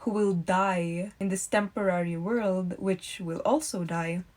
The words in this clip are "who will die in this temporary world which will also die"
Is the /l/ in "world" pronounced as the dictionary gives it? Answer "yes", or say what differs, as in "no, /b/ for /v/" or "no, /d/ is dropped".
yes